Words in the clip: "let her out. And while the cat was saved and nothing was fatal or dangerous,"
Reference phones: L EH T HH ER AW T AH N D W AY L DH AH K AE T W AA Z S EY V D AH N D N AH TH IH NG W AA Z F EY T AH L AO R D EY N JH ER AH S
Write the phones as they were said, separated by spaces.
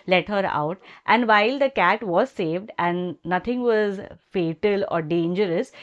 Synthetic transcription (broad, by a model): L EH T HH ER AW T AH N D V AY L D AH K AE T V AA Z S EY V D AH N D N AH T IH NG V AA Z F EY T AH L AO R D EY N JH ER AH S